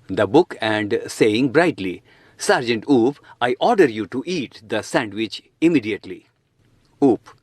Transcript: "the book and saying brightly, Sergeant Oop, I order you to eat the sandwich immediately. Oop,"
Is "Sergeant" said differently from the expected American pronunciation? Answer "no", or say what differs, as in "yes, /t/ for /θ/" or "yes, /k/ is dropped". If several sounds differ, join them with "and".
no